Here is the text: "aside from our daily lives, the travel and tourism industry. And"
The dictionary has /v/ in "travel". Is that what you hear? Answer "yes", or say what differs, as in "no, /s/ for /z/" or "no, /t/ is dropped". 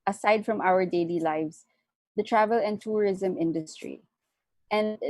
yes